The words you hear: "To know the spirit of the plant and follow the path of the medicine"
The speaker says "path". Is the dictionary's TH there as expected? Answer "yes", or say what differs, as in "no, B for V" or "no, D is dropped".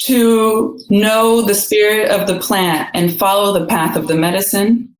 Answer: yes